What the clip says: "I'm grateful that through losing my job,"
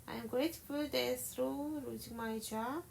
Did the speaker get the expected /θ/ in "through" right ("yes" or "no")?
no